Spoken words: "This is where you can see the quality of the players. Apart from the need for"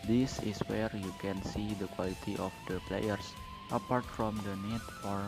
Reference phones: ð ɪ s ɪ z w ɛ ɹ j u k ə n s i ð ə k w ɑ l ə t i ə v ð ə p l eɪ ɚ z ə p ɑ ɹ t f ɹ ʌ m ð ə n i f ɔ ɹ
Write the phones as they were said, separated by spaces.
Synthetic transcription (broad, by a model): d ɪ s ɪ s w ɛ ɹ j u k ə n s i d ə k w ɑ l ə t i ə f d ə p l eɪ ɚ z ə p ɑ ɹ t f ɹ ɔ m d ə n i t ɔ ɹ